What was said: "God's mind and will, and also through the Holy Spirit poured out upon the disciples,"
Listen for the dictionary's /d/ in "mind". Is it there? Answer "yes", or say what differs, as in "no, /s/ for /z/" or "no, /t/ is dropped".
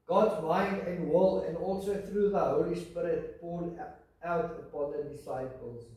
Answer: yes